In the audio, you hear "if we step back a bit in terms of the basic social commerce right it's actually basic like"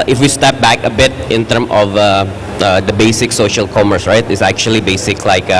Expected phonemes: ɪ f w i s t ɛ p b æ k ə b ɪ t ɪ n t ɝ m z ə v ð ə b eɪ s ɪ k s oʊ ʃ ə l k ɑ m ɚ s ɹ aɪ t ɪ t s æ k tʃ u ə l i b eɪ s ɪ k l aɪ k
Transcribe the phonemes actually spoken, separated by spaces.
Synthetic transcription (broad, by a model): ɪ f w i s t ɛ p b æ k ə b ɪ t ɪ n t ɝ m ə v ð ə b eɪ s ɪ k s oʊ ʃ ə l k ɑ m ɚ s ɹ aɪ t ɪ t s æ k tʃ u ə l i b eɪ s ɪ k l aɪ k